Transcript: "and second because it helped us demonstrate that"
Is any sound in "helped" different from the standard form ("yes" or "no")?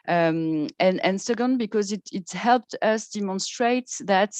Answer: no